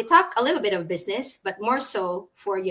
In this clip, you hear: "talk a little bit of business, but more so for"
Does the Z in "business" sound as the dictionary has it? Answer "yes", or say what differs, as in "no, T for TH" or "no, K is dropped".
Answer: yes